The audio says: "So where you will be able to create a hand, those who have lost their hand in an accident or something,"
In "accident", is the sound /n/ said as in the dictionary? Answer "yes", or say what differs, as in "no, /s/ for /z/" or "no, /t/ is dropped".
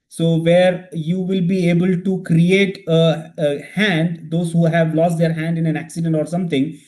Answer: yes